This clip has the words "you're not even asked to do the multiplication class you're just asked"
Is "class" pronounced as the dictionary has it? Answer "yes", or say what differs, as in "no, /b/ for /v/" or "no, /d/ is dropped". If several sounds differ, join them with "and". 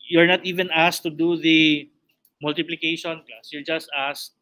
no, /l/ is dropped